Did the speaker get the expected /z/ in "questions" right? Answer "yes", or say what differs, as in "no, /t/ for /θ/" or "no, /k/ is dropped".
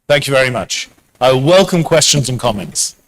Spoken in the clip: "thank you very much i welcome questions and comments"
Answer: yes